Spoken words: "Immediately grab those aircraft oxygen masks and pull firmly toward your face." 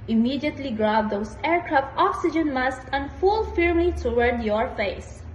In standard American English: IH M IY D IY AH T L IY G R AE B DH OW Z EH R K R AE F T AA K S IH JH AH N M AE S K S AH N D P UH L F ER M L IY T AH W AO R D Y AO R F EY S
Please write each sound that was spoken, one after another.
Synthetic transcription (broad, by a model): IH M IY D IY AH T L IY G R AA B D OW S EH R K R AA F T AA K S IH JH AH N M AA S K AH N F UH L F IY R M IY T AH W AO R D Y AO R F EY S